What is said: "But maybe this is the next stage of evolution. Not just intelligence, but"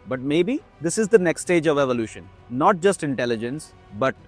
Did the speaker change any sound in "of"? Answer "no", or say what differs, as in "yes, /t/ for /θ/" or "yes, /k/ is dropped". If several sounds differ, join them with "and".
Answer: no